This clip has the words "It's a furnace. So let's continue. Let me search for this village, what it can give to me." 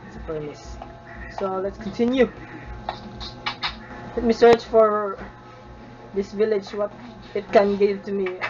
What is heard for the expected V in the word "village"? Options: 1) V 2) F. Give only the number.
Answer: 1